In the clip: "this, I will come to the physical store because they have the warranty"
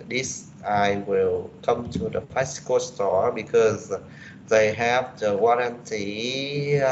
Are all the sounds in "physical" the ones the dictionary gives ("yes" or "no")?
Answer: no